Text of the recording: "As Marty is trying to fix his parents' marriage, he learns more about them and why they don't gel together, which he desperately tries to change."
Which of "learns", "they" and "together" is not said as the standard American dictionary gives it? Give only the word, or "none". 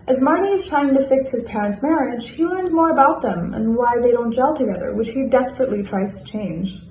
none